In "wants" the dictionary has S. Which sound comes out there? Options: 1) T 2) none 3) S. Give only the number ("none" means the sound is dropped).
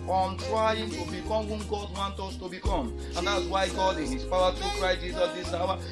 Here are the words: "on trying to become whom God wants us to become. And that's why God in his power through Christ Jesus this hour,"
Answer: 2